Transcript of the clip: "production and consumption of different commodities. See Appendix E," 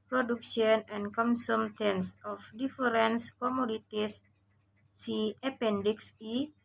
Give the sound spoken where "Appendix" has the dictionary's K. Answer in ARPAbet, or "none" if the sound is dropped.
K